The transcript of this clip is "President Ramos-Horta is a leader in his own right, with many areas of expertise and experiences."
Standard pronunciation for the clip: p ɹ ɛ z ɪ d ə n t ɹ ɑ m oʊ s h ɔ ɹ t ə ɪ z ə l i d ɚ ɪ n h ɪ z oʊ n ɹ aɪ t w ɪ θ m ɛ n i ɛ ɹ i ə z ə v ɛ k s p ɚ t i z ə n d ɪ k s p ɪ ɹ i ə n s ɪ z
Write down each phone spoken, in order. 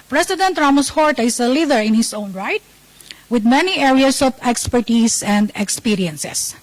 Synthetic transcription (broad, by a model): p ɹ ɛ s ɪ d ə n t ɹ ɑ m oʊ s h ɔ ɹ t ə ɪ s ə l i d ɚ ɪ n h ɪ s oʊ n ɹ aɪ t w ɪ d m ɛ n i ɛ ɹ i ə s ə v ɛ k s p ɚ t i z ə n d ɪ k s p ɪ ɹ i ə n s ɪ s